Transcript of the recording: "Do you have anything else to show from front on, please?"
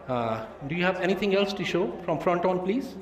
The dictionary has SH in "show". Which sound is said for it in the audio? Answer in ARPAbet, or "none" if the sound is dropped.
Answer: SH